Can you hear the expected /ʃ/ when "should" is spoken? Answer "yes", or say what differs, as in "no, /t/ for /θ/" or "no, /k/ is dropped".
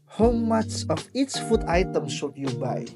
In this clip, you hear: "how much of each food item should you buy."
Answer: no, /s/ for /ʃ/